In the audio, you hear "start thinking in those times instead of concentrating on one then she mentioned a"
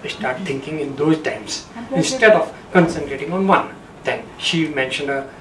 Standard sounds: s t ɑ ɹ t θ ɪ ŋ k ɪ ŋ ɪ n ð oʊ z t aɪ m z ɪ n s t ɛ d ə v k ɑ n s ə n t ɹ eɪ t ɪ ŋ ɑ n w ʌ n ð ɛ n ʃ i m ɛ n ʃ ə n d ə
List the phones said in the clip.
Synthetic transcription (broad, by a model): s t ɑ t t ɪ ŋ k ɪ ŋ ɪ n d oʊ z t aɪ m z ɪ n s t ɛ d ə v k ɑ n s ə n t ɹ eɪ t ɪ ŋ ɑ n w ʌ n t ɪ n ʃ i m ɛ n ʃ ə n d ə